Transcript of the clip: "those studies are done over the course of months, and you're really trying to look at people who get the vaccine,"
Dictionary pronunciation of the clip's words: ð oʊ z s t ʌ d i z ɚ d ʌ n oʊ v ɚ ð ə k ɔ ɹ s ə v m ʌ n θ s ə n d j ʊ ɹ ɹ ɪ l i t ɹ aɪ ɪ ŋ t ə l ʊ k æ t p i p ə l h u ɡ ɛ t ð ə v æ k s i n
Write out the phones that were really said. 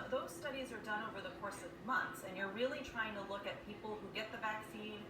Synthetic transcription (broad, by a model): ð oʊ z s t ʌ d i z ɚ d ʌ n oʊ v ɚ ð ə k ɔ ɹ s ə v m ʌ n θ s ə n j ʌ ɹ ɹ ɪ l i t ɹ aɪ ɪ ŋ t ə l ʊ k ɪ t p i p l h u ɡ ɛ t ð ə v æ k s i n